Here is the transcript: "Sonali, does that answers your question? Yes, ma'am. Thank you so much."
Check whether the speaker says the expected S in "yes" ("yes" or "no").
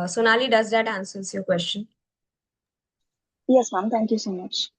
yes